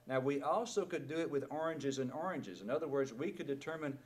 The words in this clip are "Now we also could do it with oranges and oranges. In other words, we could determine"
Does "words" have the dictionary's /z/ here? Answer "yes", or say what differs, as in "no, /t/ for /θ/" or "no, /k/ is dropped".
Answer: yes